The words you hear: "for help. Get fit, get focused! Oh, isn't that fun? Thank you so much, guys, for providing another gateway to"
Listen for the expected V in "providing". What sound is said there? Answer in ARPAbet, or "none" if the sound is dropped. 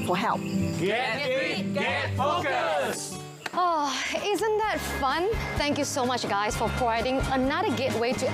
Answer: none